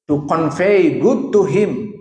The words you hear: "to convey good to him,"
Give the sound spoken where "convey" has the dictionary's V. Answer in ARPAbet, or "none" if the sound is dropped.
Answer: F